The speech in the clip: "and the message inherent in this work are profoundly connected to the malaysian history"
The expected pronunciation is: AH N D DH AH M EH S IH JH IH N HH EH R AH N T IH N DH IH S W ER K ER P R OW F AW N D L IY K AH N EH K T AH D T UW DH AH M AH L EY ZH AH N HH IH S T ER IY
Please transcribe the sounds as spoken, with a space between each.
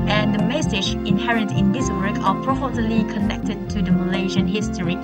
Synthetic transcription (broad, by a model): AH N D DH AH M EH S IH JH IH N HH EH R AH N T IH N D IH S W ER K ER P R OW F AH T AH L IY K AH N EH K T AH D T UW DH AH M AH L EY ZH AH N HH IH S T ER IY